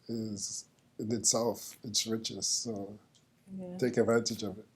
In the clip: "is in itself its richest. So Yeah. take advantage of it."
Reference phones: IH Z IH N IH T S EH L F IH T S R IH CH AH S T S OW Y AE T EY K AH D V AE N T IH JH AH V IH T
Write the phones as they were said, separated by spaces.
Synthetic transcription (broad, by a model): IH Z IH N IH T S EH L F IH T S R IH CH AH S T S OW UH T EY K AH D V AE N T IH JH AH V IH T